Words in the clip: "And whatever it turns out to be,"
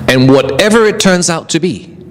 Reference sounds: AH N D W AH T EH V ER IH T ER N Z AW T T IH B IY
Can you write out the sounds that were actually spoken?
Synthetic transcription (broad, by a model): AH N W AH T EH V ER IH T ER N Z AW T T IH B IY